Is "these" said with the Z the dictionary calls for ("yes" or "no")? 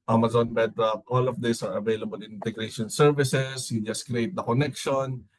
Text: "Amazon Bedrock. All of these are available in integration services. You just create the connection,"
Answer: no